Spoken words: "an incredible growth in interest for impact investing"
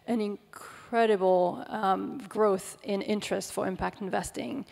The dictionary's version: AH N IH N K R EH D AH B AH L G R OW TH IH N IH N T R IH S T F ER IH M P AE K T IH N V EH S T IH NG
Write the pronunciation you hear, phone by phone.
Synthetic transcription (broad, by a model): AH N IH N K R EH D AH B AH L G R OW TH IH N IH N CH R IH S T F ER IH M P AE K T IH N V EH S T IH NG